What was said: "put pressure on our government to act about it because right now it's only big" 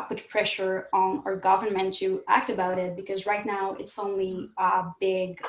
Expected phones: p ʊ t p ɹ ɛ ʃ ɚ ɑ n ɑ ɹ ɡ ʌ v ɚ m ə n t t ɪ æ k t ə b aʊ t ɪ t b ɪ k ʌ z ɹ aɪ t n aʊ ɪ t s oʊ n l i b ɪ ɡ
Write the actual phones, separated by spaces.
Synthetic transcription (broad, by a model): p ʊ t p ɹ ɛ ʃ ɚ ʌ n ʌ ɹ ɡ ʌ v ɚ m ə n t t ɪ æ k t ə b aʊ t ɪ t b ɪ k ʌ z ɹ aɪ t n aʊ ɪ t s oʊ n l i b ɪ ɡ